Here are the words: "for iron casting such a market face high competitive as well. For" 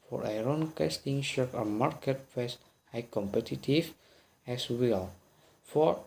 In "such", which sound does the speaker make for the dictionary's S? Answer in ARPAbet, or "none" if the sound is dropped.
SH